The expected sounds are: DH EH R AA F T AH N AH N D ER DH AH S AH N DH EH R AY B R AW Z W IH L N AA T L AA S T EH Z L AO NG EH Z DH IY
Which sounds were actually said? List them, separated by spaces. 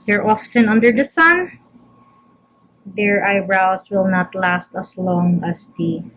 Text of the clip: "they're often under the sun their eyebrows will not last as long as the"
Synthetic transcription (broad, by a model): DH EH R AA F T AH N AH N D ER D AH S AH N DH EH R AY B R AW S W IH L N AA T L AA S T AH S L AO NG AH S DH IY